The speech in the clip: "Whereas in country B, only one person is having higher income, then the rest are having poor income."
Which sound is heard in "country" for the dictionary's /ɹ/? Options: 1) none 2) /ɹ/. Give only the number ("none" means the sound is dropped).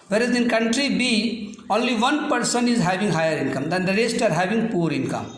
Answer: 2